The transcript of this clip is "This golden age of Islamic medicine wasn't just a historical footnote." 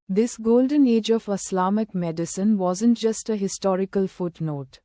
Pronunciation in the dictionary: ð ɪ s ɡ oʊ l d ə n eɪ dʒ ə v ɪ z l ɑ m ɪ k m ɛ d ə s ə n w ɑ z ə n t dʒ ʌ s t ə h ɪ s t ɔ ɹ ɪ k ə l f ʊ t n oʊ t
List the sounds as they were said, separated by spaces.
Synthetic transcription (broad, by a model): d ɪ s ɡ oʊ l d ə n eɪ dʒ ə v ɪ s l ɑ m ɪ k m ɛ d ə s ə n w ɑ z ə n t dʒ ʌ s t ə h ɪ s t ɔ ɹ ɪ k ə l f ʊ t n oʊ t